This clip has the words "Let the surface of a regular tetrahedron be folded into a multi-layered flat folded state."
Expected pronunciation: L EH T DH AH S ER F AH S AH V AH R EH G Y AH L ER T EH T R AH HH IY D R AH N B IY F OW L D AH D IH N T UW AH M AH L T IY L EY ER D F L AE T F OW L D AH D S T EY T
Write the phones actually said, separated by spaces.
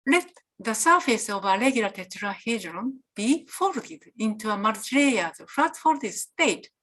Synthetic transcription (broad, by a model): L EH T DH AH S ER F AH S AH V AH L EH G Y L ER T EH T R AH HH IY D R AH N B IY F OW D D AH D IH N T UW AH M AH T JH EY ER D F AA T F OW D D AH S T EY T